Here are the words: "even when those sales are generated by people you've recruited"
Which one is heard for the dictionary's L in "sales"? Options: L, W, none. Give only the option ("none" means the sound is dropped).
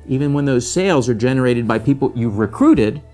L